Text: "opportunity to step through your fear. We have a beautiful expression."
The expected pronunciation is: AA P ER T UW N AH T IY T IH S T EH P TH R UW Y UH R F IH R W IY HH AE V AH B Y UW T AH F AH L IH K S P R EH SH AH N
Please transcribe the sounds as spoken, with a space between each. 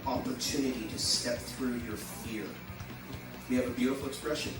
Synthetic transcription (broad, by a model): AA P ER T UW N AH T IY T IH S T EH P TH R UW Y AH R F IH R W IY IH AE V AH B Y UW T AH F L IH K S P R EH SH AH N